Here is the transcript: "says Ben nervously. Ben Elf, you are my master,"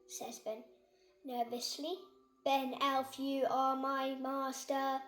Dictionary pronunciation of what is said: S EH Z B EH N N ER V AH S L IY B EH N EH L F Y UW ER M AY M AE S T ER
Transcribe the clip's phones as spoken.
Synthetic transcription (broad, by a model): S EH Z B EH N N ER V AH S L IY B EH N EH L F Y UW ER M AY M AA S T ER